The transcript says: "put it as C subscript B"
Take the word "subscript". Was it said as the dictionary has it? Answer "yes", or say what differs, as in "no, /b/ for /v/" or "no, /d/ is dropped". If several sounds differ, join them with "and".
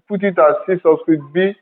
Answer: no, /p/ is dropped